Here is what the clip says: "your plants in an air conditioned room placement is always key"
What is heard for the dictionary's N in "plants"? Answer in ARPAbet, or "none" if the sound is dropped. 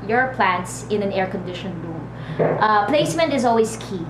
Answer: N